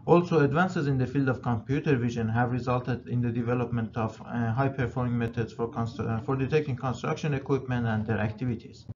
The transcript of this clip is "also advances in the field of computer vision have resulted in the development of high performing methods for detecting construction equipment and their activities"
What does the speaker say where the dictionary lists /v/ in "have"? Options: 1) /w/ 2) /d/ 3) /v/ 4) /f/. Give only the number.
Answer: 3